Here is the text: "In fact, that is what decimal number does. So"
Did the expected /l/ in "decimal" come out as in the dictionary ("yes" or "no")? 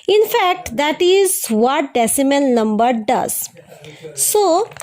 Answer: no